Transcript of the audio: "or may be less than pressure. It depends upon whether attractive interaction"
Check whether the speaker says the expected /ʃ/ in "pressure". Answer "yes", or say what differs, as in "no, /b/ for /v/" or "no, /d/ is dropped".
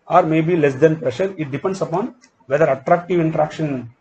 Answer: yes